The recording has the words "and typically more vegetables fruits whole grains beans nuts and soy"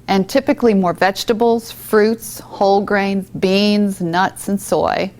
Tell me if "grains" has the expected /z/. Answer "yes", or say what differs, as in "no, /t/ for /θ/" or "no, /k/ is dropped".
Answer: yes